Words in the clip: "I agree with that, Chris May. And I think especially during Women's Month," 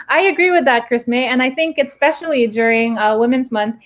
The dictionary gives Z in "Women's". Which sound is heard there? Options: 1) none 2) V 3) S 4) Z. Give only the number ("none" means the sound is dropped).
4